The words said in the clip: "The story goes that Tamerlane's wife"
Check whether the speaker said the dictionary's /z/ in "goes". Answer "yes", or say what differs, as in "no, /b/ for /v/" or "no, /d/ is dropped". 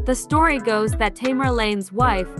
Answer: yes